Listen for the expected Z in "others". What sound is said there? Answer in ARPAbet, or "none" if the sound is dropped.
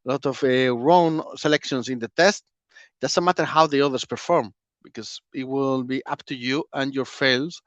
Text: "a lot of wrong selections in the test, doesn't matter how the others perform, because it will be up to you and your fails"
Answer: S